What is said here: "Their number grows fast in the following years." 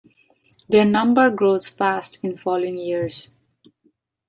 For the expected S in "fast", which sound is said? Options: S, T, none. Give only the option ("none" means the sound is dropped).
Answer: S